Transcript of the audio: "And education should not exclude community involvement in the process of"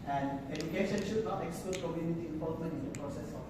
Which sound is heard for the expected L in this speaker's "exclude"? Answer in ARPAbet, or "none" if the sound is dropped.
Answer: none